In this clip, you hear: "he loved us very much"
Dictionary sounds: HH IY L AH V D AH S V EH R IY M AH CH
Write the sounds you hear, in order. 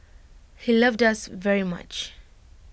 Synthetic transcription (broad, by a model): HH IY L AH V D AH S V EH R IY M AH CH